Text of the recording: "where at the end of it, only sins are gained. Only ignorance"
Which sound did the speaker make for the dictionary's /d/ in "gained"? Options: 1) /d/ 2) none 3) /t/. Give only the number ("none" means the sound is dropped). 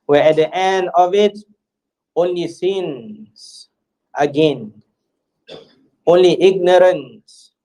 2